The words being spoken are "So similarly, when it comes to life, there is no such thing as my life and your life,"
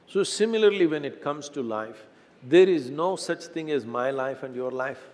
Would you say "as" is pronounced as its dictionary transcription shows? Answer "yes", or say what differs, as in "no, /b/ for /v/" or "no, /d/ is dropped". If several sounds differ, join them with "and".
yes